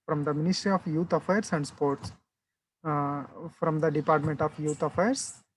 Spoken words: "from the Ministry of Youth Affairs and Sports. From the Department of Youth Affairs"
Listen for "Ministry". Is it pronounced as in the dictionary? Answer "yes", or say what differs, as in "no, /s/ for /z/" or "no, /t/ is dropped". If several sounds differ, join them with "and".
yes